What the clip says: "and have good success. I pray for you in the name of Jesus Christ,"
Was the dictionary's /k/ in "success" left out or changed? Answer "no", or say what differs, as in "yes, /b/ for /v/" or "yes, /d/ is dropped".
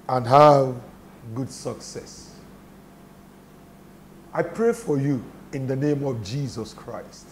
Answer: no